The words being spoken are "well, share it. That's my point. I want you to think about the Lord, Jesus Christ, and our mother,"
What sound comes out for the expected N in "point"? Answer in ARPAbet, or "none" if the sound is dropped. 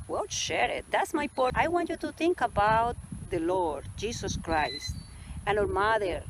none